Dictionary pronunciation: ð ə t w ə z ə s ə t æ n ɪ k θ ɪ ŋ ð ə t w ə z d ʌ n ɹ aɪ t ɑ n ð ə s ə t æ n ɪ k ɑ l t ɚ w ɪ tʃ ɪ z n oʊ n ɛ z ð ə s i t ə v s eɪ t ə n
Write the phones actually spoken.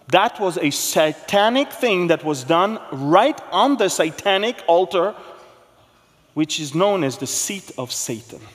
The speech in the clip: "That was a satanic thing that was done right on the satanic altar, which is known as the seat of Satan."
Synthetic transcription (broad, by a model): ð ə t w ə z ə s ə t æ n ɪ k θ ɪ ŋ ð ə t w ə z d ʌ n ɹ aɪ t n ð ə s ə t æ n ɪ k ɑ l t ɚ w ɪ tʃ ɪ z n oʊ n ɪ z ð ə s i t ə v s eɪ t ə n